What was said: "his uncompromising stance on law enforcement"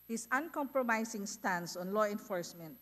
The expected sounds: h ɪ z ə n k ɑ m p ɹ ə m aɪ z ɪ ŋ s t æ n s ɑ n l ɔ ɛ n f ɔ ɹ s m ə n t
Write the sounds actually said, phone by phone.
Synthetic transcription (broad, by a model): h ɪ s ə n k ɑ m p ɹ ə m aɪ s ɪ ŋ s t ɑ n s ɑ n l ɔ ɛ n f ɔ ɹ s m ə n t